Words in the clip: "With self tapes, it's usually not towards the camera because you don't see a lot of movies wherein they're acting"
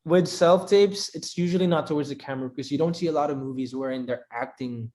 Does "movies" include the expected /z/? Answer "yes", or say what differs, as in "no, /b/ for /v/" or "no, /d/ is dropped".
yes